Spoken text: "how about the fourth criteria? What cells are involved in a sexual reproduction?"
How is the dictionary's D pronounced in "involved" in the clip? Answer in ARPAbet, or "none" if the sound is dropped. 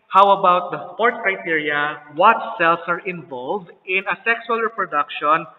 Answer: D